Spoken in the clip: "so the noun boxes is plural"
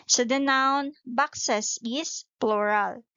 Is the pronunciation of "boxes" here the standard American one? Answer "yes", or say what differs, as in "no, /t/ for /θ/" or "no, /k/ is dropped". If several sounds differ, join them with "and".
no, /s/ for /z/